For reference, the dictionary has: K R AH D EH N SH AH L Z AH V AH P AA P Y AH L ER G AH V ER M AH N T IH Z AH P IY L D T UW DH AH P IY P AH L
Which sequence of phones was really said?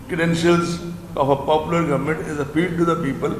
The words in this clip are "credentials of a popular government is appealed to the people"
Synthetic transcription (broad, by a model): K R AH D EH N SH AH L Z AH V AH P AA P Y AH L ER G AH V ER M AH N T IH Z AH F IY D T UW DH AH P IY P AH L